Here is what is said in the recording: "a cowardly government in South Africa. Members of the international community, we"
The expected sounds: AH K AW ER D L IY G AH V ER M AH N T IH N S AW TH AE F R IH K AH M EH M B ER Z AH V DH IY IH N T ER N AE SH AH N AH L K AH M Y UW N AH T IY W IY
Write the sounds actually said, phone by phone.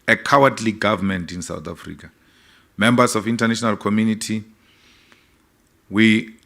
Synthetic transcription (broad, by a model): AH K AW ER D L IY G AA V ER M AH N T IH N S AW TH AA F R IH K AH M EH M B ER S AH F IY N T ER N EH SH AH N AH L K AH M Y UW N AH T IY W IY